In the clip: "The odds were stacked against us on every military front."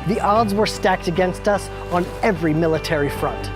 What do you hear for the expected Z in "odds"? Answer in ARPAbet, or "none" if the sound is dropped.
Z